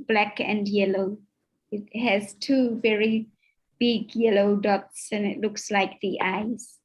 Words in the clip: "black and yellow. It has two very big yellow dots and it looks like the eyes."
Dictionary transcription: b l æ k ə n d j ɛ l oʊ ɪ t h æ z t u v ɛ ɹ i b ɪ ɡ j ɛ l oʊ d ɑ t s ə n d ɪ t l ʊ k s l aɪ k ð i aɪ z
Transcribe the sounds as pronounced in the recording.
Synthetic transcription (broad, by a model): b l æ k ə n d j ɛ l oʊ ɪ t h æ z t u v ɛ ɹ i b ɪ ɡ j ɛ l oʊ d ɑ t s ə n ɪ t l ʊ k s l aɪ k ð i aɪ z